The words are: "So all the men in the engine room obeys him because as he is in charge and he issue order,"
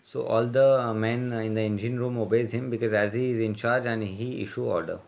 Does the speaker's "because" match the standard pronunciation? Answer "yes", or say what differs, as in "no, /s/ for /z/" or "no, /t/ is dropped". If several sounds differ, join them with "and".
yes